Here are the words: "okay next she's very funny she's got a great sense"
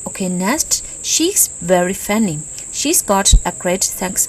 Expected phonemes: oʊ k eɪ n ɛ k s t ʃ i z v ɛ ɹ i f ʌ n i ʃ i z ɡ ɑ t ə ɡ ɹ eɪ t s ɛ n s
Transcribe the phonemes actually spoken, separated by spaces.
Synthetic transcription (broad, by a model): oʊ k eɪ n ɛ s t ʃ i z v ɛ ɹ i f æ n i ʃ i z ɡ ɑ t ə ɡ ɹ eɪ t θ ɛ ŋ s